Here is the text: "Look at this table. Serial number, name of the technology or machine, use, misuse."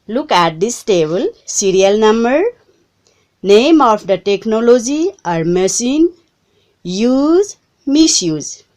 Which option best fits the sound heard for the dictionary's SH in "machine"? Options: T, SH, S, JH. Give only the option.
S